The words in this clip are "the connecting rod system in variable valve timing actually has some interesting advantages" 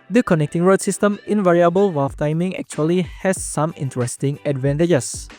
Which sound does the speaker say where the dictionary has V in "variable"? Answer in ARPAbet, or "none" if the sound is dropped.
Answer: V